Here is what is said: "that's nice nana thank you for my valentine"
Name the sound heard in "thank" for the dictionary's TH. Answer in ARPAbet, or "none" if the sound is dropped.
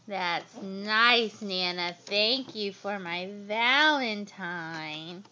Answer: TH